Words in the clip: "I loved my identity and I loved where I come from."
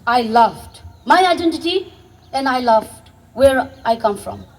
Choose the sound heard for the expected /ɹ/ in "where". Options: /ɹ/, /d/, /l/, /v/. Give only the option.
/ɹ/